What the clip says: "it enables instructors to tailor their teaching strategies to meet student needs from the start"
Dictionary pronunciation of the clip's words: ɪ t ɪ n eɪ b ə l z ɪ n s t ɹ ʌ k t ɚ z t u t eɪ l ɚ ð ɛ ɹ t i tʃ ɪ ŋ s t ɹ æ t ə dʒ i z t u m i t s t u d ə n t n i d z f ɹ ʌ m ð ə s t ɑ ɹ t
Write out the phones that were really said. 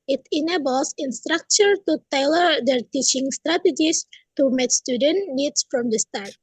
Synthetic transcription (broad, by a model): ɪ t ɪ n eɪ b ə l s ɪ n s t ɹ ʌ k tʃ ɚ t u t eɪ l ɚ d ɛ ɹ t i tʃ ɪ ŋ s t ɹ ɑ t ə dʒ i s t u m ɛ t s t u d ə n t n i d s f ɹ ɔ m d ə s t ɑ ɹ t